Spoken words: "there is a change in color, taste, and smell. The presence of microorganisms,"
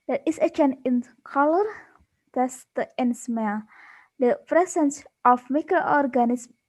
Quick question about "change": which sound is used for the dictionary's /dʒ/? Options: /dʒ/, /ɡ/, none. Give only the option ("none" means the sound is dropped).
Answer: none